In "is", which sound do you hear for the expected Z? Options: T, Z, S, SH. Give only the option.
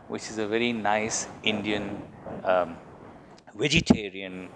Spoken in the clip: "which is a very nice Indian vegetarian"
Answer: Z